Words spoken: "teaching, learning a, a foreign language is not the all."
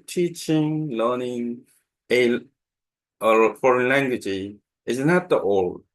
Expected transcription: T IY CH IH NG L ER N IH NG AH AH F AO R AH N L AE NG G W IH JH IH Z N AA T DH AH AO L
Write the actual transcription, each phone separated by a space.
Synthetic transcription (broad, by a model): T IY CH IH NG L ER N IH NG AH AH F AO R AH N L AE NG G W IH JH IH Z N AA T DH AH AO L